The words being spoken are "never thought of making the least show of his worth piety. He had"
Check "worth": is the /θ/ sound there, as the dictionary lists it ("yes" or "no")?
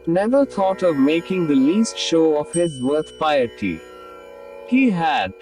no